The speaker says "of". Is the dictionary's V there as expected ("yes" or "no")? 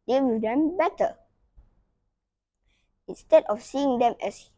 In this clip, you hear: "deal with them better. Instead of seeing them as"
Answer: no